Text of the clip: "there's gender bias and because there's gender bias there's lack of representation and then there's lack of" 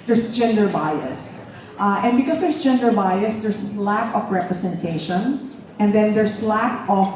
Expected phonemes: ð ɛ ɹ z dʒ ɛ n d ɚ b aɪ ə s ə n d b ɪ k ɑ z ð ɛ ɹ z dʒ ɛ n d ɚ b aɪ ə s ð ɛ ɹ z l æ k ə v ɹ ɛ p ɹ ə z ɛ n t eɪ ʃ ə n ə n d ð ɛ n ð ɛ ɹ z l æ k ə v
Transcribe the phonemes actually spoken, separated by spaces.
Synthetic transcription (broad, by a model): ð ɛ ɹ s dʒ ɛ n d ɚ b aɪ ə s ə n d b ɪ k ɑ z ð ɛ ɹ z dʒ ɛ n d ɚ b aɪ ə s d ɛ ɹ s l æ k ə f ɹ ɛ p ɹ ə s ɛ n t eɪ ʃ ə n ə n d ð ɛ n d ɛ ɹ s l æ k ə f